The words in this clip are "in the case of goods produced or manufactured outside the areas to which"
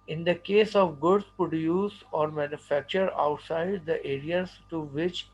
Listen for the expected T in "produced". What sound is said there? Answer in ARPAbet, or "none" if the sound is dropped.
none